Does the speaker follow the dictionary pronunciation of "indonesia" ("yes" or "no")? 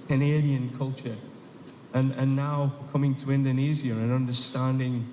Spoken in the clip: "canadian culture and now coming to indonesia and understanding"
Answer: no